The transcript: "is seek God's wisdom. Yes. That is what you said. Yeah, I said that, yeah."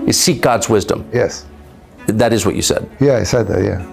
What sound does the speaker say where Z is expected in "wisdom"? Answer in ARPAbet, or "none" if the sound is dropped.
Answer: Z